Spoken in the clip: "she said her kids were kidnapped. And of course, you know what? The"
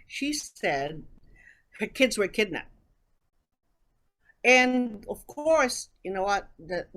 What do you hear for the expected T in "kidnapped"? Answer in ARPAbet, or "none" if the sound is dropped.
none